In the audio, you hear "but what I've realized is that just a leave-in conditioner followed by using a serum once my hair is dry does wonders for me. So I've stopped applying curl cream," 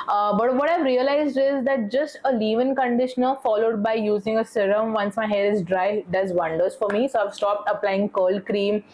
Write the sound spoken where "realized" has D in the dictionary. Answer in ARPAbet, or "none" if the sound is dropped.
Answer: D